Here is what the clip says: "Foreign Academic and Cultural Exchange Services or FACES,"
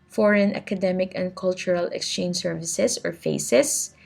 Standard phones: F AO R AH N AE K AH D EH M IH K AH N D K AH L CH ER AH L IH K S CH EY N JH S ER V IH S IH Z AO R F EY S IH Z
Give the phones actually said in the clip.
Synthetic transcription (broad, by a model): F AO R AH N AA K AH D EH M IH K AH N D K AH L CH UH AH L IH K S CH EY N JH S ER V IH S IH S AO R F EY S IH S